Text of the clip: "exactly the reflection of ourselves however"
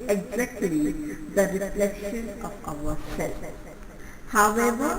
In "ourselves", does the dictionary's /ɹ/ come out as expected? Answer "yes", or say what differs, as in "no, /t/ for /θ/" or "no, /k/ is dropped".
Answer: no, /w/ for /ɹ/